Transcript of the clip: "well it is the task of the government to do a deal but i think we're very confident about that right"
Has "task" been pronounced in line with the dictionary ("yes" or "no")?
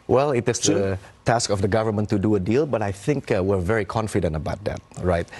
yes